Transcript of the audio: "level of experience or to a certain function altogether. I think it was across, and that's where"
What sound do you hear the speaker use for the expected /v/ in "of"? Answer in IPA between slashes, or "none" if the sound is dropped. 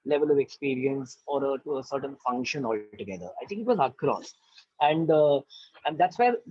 /v/